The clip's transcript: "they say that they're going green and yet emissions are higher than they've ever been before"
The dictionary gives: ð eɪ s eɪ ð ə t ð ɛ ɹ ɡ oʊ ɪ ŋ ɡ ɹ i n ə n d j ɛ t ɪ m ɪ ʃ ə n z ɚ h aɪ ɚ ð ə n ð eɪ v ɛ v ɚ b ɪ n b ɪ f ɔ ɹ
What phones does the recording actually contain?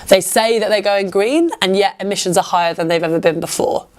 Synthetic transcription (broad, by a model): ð eɪ s eɪ ð ə t ð ɛ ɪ ɡ oʊ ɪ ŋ ɡ ɹ i n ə n j ɛ t ɪ m ɪ ʃ ə n z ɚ h aɪ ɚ ð ə n ð eɪ v ɛ v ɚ b ɪ n b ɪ f ɔ